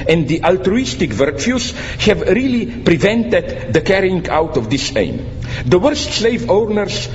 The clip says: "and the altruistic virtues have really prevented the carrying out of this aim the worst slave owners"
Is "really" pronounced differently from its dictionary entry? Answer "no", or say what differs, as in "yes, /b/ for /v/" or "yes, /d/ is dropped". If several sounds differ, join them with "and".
no